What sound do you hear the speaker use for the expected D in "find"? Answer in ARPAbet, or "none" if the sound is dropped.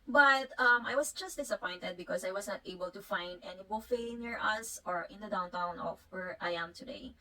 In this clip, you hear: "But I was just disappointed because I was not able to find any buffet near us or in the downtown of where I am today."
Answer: D